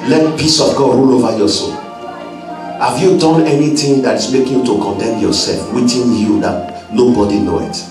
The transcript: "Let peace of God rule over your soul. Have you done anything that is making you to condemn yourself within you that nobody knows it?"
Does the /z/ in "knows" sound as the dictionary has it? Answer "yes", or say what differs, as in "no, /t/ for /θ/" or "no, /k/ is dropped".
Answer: no, /z/ is dropped